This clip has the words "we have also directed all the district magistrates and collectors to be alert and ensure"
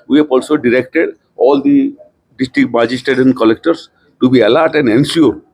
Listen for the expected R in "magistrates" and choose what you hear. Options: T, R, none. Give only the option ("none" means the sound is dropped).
none